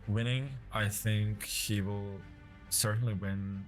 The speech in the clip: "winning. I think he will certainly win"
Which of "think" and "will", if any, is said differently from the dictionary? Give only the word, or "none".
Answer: none